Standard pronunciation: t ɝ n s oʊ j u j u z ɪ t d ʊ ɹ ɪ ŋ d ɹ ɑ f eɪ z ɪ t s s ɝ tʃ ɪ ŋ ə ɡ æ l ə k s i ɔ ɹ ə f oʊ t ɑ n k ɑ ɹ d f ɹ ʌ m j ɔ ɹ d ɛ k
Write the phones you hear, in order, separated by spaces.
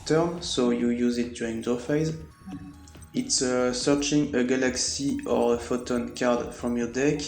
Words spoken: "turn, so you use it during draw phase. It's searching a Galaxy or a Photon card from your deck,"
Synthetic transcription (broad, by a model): t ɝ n s oʊ j u j u z ɪ t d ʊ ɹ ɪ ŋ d ɑ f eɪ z ɪ t s s ɝ tʃ ɪ ŋ ə ɡ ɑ l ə k s i ɔ ɹ ə f oʊ t ɑ n k ɑ ɹ d f ɹ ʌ m j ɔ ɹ d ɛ k